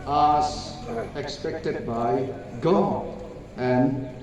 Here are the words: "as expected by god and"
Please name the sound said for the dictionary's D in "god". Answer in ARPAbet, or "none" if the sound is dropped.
none